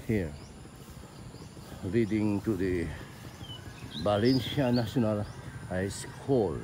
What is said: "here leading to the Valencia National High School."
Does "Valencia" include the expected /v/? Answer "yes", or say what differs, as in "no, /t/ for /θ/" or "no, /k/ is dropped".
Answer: no, /b/ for /v/